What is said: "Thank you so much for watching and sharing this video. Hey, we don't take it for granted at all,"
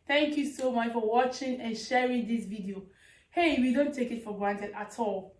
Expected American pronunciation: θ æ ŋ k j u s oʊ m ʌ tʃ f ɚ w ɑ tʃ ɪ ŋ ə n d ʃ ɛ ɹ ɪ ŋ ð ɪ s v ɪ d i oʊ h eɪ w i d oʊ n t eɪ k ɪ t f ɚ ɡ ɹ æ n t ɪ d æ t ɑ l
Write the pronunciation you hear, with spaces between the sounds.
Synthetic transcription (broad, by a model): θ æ ŋ k j u s oʊ m ʌ tʃ f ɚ w ɑ tʃ ɪ ŋ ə n ʃ ɛ ɹ ɪ ŋ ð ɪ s v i d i oʊ h eɪ w i d oʊ n t eɪ k ɪ t f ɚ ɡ ɹ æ n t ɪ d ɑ t ɑ l